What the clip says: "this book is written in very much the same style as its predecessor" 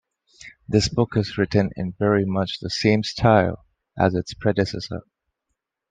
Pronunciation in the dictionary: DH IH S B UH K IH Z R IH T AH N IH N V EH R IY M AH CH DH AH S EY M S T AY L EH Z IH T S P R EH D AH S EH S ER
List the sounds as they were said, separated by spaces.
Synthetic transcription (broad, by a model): DH IH S B UH K IH Z R IH T AH N IH N V EH R IY M AH CH DH AH S EY M S T AY L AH Z IH T S P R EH D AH S EH S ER